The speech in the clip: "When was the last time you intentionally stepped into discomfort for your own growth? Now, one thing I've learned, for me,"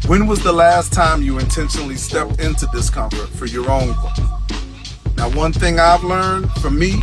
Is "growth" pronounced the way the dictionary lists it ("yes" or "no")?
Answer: no